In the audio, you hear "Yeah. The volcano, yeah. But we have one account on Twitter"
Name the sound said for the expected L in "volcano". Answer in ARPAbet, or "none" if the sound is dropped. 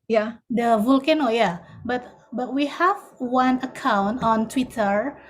L